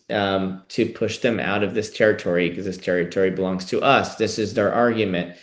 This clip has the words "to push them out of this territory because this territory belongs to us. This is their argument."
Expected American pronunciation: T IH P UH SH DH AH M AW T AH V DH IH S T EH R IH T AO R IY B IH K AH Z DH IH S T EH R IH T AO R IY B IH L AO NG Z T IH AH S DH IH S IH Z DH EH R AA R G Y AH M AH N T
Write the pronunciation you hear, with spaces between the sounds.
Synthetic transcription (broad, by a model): T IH P UH SH DH AH M AW T AH V DH IH S T EH R IH T AO R IY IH K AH Z DH IH S T EH R IH T AO R IY B IH L AO NG Z T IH AH S DH IH S IH Z DH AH R AA R G Y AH M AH N T